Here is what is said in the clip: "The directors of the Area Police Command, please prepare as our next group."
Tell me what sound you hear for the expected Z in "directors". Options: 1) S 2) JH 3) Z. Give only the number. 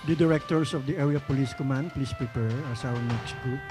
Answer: 1